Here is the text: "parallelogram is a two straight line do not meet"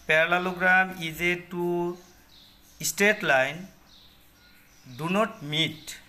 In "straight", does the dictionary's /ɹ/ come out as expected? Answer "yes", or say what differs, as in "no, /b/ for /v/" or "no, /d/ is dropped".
no, /ɹ/ is dropped